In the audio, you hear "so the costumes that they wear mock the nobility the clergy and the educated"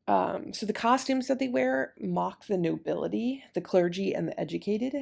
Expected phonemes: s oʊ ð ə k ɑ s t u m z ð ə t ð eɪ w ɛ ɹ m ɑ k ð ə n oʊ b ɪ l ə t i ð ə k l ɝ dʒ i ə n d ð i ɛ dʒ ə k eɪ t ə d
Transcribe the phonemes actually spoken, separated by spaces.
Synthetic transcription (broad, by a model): s oʊ ð ə k ɑ s t u m z ð ə t ð eɪ w ɛ ɹ m ɑ k ð ə n oʊ b ɪ l ə t i ð ə k l ɝ dʒ i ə n ð i ɛ dʒ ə k eɪ t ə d